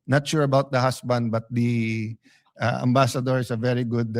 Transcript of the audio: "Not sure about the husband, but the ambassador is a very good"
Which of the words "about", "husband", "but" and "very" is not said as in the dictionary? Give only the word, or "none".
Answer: husband